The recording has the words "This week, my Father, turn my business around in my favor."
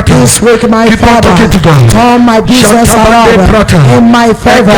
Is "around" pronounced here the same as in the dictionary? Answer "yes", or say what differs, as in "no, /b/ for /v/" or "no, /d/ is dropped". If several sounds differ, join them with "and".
no, /n/ is dropped